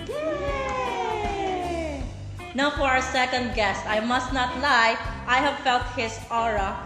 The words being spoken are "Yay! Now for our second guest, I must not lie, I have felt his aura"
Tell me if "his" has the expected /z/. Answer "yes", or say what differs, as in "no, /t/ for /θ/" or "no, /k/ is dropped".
no, /s/ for /z/